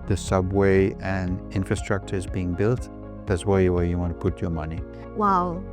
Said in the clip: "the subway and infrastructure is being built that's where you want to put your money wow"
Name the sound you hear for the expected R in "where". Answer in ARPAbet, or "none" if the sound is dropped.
W